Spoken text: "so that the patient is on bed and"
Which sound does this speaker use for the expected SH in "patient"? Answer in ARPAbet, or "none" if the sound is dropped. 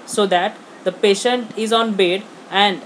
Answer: SH